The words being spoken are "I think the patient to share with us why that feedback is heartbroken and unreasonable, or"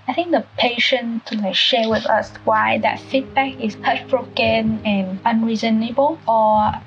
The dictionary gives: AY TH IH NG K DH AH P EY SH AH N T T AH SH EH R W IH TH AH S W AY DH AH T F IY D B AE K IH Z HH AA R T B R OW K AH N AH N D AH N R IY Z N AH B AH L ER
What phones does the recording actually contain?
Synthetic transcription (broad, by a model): AY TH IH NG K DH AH P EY SH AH N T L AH SH EH W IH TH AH S W AY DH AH T F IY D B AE K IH S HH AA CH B R OW K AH N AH N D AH N R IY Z N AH B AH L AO